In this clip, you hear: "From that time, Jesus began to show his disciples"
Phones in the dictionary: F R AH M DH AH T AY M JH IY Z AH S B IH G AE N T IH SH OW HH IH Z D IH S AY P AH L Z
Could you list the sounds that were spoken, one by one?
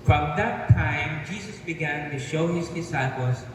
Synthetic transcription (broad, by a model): F R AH M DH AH T AY M JH IY Z AH S B IH G AE N T IH SH OW HH IH Z D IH S AY P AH L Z